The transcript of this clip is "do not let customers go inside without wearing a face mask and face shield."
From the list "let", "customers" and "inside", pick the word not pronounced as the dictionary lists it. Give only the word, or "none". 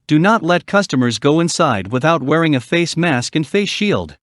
none